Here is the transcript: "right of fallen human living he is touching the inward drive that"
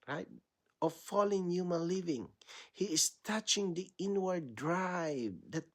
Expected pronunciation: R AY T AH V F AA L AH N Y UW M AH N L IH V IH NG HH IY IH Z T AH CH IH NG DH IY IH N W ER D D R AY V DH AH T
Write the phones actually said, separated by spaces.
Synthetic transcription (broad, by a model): R AY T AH F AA L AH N Y UW M AH N L IH V IH NG HH IY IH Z T AH CH IH NG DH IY IH N W ER D D R AY V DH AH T